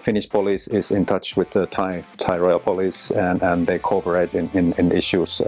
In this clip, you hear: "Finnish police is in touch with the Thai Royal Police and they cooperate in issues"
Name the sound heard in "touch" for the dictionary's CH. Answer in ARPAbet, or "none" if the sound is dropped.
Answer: CH